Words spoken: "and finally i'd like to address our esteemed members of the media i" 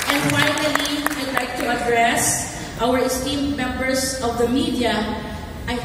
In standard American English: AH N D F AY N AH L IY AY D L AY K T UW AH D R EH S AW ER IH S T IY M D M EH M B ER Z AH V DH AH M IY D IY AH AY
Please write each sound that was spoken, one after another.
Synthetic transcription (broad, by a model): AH N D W AY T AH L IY AY D L AY K T UW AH D R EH S AW ER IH S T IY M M EH M B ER S AH V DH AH M IY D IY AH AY